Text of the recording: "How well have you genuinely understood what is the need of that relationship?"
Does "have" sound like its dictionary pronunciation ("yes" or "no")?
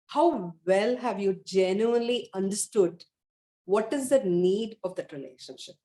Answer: yes